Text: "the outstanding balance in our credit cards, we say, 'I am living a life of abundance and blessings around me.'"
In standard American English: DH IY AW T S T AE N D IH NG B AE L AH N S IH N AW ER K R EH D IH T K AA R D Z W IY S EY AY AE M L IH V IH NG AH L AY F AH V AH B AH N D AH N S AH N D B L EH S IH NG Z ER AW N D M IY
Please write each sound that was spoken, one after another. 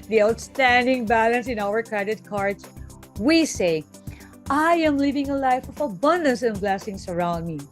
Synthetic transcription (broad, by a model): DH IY AW T S T AE N D IH NG B AE L AH N S IH N AW ER K R EH D IH T K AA R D S W IY S EY AY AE M L IH V IH NG AH L AY F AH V AH B AH N D AH N S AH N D B L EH S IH NG S ER AW N D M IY